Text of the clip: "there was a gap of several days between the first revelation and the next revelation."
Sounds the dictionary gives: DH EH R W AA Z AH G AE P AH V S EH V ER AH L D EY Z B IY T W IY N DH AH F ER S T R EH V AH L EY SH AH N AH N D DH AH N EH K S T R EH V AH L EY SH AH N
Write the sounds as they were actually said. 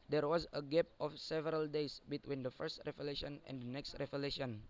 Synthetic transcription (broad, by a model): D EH R W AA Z AH G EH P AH F S EH V ER AH L D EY S B IY T W IY N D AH F ER S T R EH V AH L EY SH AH N AH N D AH N EH K S T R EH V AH L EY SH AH N